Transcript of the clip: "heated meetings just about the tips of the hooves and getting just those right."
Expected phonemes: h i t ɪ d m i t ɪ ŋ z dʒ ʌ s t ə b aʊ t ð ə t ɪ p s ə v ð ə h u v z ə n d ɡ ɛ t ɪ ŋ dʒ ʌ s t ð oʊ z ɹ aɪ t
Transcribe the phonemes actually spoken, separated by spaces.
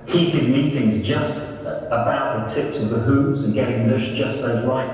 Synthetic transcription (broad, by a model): h i t ɪ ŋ m i t ɪ ŋ z dʒ ʌ s t ə b aʊ t ð ə t ɪ p s ə v ð ə h u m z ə n ɡ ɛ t ɪ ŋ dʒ ʌ s ð oʊ z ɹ aɪ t